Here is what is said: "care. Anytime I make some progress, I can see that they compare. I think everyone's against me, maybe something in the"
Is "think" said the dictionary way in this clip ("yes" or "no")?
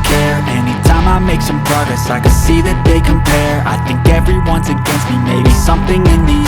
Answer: yes